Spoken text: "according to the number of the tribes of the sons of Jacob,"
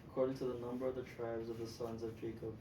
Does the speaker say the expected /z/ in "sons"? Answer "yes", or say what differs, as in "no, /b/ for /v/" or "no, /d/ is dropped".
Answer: yes